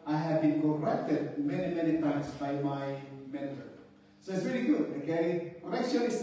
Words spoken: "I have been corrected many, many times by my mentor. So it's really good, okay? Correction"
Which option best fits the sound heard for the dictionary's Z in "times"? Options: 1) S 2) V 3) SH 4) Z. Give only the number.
1